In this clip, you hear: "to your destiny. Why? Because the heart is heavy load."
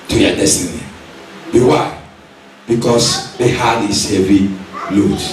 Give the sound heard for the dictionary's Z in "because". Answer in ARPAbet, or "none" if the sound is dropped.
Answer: S